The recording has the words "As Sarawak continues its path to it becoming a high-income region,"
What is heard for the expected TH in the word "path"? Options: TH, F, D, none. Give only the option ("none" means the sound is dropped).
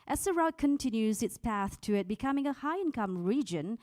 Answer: TH